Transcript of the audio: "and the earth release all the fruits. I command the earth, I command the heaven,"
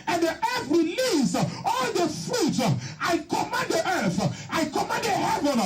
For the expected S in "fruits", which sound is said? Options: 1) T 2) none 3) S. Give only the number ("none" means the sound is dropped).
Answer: 2